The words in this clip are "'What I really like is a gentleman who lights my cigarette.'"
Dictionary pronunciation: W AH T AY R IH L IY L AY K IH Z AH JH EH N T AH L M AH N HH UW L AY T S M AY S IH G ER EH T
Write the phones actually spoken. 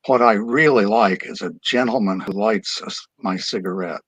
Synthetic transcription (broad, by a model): W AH T AY R IH L IY L AY K IH Z AH JH EH N T L M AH N HH UW L AY T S M AY S IH G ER EH T